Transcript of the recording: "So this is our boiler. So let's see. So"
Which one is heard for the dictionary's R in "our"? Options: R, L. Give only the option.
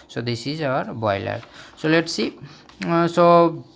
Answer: R